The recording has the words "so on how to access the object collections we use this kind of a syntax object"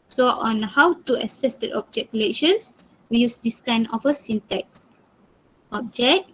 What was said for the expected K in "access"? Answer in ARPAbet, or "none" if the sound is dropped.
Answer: none